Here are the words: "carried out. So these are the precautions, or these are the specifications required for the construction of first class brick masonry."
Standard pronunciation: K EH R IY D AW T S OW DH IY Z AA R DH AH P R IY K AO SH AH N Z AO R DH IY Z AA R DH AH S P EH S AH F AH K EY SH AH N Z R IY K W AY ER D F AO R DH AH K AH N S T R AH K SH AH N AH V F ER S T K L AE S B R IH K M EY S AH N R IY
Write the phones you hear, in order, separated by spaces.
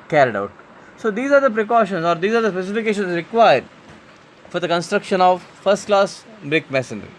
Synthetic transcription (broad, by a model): K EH R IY D AW T S OW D IY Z AA R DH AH P R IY K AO SH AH N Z AO R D IY Z AA R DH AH S P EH S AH F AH K EY SH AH N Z R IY K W AY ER D F AO R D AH K AH N S T R AH K SH AH N AH V F ER S T K L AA S B R IH K M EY S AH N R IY